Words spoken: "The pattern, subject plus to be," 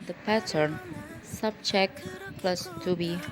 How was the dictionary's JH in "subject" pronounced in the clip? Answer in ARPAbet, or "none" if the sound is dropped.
CH